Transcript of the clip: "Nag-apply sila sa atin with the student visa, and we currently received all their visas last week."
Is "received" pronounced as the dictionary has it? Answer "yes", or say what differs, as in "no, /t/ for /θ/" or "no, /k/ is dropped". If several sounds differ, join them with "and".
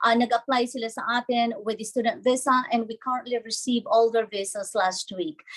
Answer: no, /d/ is dropped